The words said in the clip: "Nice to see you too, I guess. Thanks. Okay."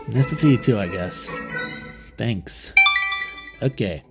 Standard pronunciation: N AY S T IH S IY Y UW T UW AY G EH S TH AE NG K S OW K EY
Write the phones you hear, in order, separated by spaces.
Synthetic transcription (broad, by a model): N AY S T IH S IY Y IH T UW AY G EH S TH AE NG K S OW K EY